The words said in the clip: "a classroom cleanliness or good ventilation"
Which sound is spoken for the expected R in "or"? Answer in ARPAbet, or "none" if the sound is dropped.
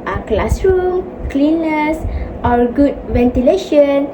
L